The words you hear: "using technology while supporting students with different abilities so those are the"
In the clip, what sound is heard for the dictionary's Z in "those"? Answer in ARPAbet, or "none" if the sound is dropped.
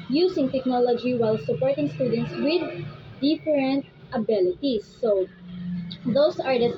S